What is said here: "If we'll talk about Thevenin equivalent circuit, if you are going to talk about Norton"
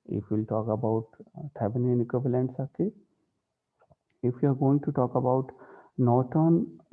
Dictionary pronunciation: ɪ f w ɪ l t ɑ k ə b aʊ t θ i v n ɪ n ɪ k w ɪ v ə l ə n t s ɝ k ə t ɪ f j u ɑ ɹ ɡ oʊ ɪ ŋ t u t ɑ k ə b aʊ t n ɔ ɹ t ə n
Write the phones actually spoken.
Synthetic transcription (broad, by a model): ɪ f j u l t ɑ k ə b aʊ t t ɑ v n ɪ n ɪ k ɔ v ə l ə n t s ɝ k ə ɪ f j u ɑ ɹ ɡ oʊ ɪ ŋ t u t ɑ k ə b aʊ t n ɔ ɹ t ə n